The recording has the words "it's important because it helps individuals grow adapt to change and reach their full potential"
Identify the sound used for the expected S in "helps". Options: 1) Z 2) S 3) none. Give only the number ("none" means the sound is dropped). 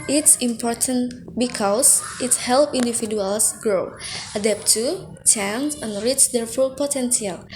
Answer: 3